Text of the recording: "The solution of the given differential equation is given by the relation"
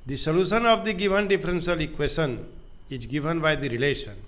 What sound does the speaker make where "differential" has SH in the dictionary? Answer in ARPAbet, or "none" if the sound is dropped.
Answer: S